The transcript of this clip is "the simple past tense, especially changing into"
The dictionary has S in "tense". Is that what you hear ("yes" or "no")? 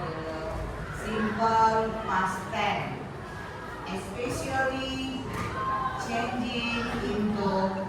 no